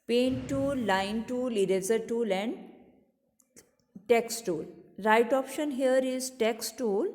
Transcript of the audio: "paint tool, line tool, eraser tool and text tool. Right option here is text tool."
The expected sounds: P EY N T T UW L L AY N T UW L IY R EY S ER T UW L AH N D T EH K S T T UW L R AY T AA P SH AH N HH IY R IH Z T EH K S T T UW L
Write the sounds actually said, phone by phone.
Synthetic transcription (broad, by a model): P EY N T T UW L L AY N T UW L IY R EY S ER T UW L AH N D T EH K S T T UW L R AY T AA P SH AH N HH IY R IH Z T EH K S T T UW L